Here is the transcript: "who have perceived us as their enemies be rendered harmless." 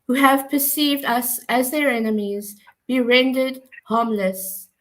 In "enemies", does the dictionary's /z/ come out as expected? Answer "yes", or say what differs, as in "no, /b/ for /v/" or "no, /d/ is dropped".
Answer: yes